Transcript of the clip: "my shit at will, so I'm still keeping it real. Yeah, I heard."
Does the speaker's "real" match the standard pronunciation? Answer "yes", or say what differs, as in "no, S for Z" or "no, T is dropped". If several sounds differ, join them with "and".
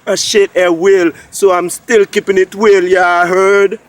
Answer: no, W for R